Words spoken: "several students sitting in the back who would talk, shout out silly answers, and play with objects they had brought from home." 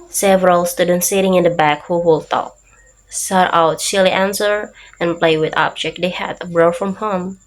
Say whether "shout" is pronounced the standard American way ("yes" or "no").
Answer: no